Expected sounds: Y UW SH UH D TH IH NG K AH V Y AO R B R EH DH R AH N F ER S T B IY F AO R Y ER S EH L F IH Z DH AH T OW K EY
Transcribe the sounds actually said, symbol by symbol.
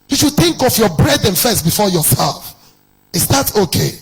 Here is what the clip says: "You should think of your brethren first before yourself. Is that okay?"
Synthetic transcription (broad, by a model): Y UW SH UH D TH IH NG K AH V Y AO B R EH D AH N F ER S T B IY F AO Y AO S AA F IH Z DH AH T OW K EY